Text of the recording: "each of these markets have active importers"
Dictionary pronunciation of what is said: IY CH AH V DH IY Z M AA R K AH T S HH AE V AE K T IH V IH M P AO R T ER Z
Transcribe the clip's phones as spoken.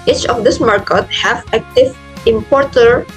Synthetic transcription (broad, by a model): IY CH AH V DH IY S M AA R K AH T HH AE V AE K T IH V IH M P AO R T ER